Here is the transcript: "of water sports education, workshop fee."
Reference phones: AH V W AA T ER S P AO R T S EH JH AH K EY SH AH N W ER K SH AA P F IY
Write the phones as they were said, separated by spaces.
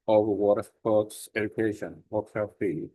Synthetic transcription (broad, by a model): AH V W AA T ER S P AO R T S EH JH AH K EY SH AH N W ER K S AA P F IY